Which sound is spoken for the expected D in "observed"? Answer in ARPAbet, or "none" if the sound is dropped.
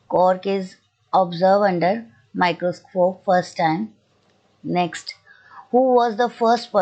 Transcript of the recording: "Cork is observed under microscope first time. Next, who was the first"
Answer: none